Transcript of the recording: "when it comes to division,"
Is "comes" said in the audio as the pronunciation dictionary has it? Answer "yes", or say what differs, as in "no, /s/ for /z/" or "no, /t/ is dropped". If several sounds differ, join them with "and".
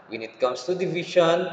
no, /s/ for /z/